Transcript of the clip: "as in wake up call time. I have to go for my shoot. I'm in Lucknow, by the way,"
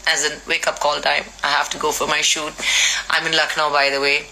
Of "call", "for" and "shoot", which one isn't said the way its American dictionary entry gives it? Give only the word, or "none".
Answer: none